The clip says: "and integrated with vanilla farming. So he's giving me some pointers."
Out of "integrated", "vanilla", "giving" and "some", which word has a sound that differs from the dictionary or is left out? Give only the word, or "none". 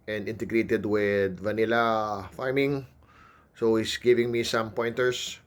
none